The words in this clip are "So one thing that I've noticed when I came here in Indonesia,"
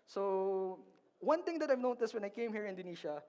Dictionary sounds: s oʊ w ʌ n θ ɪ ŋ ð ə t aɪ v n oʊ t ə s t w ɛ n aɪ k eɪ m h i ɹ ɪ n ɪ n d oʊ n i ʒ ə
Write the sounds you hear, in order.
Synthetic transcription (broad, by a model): s oʊ w ʌ n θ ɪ ŋ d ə t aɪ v n oʊ t ə s t w ɛ n aɪ k eɪ m h i ɹ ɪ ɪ n d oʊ n i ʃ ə